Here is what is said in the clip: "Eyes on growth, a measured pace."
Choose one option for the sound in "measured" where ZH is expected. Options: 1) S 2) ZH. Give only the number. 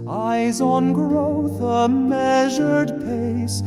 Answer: 2